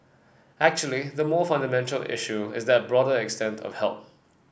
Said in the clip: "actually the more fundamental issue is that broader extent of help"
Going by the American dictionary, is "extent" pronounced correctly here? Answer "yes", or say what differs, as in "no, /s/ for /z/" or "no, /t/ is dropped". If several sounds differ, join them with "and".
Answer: yes